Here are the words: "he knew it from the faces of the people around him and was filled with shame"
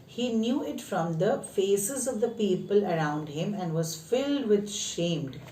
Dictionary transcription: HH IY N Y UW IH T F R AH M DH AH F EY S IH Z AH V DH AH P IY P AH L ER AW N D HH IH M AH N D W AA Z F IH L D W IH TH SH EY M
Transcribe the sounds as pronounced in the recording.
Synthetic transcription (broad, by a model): HH IY N Y UW IH T F R AH M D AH F EY S IH Z AH V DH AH P IY P AH L ER AW N D HH IH M AH N D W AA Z F IH L D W IH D SH EY M